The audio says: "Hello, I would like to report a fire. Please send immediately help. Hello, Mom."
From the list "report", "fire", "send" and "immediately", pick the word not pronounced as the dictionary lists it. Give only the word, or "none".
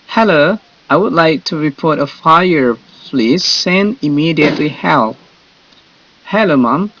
send